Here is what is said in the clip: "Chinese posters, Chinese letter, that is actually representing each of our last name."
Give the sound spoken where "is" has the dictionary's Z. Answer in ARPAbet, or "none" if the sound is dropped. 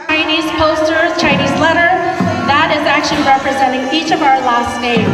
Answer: Z